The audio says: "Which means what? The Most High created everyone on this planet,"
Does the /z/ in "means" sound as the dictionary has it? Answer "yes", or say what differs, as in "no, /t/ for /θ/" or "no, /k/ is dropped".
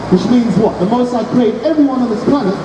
yes